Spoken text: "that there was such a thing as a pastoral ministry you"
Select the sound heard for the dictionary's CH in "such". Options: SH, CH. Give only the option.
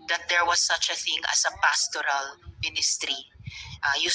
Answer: CH